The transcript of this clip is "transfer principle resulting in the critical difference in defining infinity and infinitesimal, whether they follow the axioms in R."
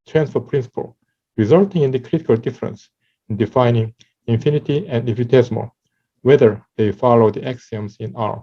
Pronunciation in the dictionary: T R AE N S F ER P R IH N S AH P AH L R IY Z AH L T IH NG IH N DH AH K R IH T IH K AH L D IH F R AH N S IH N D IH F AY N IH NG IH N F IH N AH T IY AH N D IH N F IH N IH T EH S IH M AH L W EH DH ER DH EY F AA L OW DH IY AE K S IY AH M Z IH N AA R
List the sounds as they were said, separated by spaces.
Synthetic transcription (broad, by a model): T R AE N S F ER P R IH N S AH P AH L R IY Z AH L T IH NG IH N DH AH K R IH T IH K AH L D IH F R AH N S IH N D IH F AY N IH NG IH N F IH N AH T IY AH N D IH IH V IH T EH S M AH W EH DH ER DH EY F AA L OW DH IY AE K S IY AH M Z IH N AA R